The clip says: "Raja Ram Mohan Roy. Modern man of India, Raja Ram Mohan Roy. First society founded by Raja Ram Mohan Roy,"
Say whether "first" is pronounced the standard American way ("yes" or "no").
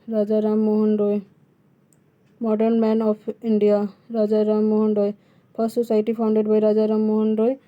no